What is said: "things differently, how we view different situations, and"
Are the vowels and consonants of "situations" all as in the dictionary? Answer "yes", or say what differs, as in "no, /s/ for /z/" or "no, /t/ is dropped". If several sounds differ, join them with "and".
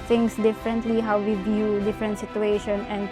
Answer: no, /z/ is dropped